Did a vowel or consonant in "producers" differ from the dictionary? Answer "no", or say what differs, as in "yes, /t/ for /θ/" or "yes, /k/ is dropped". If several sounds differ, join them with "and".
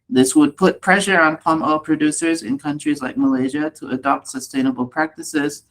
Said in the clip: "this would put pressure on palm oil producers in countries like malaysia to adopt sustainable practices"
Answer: no